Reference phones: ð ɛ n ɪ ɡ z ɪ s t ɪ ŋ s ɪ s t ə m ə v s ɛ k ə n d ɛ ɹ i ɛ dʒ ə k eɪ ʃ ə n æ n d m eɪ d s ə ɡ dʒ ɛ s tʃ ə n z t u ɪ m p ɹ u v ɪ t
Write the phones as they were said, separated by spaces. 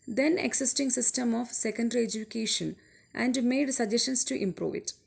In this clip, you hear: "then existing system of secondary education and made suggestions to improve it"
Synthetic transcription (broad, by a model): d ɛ n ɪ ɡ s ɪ s t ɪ ŋ s ɪ s t ə m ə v s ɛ k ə n d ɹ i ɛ dʒ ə k eɪ ʃ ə n æ n d m eɪ d s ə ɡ dʒ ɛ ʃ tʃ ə n s t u ɪ m p ɹ u v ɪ t